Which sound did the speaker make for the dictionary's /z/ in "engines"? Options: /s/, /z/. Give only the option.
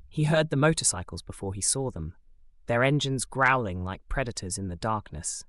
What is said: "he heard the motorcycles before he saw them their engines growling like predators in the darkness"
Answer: /z/